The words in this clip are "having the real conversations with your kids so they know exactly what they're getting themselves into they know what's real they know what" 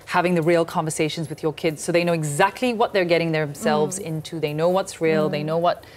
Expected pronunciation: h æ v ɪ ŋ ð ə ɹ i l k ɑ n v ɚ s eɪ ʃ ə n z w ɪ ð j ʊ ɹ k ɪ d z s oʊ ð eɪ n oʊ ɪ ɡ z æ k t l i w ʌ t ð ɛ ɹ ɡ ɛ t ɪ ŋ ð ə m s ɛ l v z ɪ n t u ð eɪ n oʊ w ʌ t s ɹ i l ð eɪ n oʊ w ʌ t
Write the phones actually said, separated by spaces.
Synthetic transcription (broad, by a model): h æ v ɪ ŋ ð ə ɹ i l k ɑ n v ɚ s eɪ ʃ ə n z w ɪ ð j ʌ ɹ k ɪ d z s oʊ ð eɪ n oʊ ɪ ɡ z æ k t l i w ʌ t ð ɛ ɹ ɡ ɛ t ɪ ŋ ð ə m s ɛ l v z ɪ n t u ð eɪ n oʊ w ʌ t s ɹ i l ð eɪ n oʊ w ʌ t